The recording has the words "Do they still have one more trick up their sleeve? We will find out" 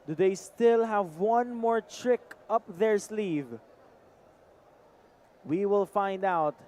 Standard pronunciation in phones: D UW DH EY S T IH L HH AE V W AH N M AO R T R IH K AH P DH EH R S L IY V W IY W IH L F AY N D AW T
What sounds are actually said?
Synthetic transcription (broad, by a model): D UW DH EY S T IH L HH AE V W AH N M AO R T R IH K AH P DH EH R S L IY V W IY W IH L F AY N D AW T